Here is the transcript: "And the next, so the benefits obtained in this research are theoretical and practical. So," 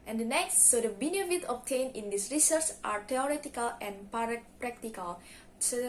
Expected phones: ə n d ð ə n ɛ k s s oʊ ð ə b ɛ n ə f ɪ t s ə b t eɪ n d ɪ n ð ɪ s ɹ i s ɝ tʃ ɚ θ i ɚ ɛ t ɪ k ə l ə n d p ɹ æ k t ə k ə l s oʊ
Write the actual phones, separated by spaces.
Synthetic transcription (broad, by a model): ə n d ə n ɛ k s s oʊ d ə b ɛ n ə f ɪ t ə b t eɪ n ɪ n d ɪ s ɹ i s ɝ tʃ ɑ t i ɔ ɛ t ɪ k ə l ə n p p ɹ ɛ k t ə k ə l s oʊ